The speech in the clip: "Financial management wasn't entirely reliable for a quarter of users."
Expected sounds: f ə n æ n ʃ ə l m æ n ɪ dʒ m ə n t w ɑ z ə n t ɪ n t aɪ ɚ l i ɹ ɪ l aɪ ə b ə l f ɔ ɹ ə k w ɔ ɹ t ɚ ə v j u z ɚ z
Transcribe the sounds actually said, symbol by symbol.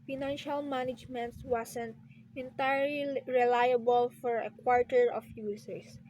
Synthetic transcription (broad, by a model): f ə n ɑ n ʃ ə l m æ n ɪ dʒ m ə n t w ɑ s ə n t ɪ n t aɪ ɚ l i ɹ ɪ l aɪ ə b ə l f ɔ ɹ ə k w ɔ ɹ t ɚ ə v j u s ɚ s